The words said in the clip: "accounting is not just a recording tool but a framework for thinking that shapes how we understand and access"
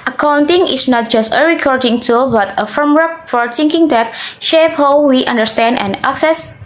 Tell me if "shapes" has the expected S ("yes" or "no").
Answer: no